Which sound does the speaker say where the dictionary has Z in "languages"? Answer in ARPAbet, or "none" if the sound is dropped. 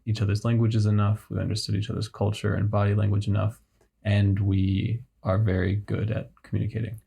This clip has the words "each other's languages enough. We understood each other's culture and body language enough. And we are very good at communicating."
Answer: Z